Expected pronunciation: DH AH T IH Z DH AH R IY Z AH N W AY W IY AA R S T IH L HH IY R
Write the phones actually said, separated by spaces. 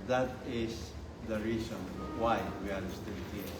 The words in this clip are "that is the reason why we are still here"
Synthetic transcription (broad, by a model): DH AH T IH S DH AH R IY S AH N W AY W IY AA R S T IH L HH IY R